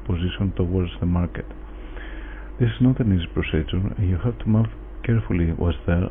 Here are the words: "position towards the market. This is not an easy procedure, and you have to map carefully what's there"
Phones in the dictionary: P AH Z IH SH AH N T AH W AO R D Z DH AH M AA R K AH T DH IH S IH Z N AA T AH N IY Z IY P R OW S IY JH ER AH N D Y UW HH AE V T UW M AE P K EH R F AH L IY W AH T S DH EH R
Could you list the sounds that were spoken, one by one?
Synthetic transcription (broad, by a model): P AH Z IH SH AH N T AH W AO R D Z DH AH M AA R K AH T DH IH S IH Z N AA T AH N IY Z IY P R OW S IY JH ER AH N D Y UW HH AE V T UW M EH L K EH R F AH L IY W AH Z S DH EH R